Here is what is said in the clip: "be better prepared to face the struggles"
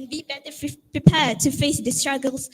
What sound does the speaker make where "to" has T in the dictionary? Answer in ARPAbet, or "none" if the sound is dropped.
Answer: T